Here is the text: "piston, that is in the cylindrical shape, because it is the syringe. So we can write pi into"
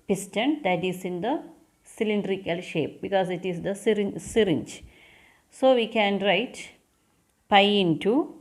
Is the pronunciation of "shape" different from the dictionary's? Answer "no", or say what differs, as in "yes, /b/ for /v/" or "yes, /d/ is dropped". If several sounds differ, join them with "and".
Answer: no